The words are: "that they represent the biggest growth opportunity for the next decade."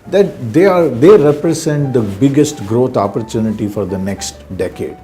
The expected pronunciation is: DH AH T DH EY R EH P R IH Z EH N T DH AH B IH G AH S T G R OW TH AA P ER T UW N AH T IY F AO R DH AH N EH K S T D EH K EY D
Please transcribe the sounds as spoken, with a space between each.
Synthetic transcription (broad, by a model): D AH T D EY R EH P R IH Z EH N T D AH B IH G AH S T G R OW T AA P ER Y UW N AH T IY F AO R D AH N EH K S T D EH K EY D